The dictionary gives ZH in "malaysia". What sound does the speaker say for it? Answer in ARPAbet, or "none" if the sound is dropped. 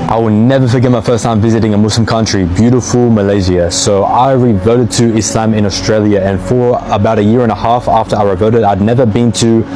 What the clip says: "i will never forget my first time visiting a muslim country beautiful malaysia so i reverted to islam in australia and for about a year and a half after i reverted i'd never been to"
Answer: Z